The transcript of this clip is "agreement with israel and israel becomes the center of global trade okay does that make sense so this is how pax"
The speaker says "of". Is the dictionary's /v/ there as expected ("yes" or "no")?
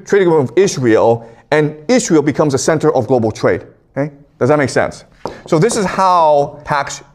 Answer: yes